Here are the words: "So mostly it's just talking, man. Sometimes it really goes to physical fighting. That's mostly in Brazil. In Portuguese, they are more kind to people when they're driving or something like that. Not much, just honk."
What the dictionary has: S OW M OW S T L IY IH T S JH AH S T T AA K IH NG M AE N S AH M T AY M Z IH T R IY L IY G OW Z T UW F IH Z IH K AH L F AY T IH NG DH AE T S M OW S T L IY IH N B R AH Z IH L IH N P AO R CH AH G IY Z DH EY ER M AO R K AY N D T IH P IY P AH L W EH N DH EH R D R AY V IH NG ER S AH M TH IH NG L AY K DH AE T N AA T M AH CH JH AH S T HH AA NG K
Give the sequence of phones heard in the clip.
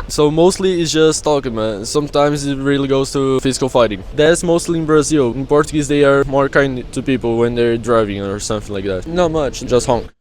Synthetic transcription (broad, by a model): S OW M OW S T L IY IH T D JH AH S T T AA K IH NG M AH S AH M T AY M Z IH T R IY L IY G OW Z T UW F IH Z IH K AH L F AY T IH NG DH AE T S M OW S T L IY IH N B R AH Z IH L IH N P AO R CH AH G IY Z DH EY ER M AO R K AY N D T IH P IY P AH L W EH N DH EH R D R AY V IH NG ER S AH M TH IH NG L AY K DH AE T N AA T M AH CH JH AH S T HH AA NG K